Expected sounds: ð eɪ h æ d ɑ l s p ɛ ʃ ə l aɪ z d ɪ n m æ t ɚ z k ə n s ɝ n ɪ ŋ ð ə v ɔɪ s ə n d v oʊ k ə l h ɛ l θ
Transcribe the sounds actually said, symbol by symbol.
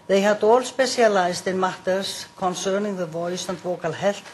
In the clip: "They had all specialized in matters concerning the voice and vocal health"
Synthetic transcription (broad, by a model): ð eɪ h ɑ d ɑ l s p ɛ s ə l aɪ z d ɪ n m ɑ t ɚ s k ə n s ɝ n ɪ ŋ ð ə v ɔɪ s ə n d v oʊ k ə l h ɛ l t